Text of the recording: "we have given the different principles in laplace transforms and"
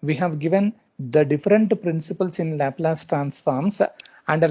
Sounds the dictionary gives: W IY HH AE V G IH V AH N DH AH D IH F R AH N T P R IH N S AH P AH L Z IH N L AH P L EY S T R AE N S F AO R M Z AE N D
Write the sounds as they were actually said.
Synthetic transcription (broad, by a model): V IY HH AE V G IH V AH N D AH D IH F R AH N T P R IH N S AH P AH L S IH N L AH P L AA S T R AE N S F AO R M S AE N D